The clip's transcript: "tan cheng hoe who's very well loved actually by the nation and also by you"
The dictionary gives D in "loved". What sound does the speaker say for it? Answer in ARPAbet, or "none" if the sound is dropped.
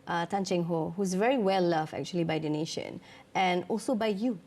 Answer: none